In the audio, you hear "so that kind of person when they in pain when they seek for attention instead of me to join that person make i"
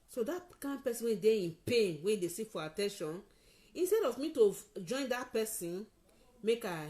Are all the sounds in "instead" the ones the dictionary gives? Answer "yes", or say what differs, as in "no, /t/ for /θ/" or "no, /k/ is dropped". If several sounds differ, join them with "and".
yes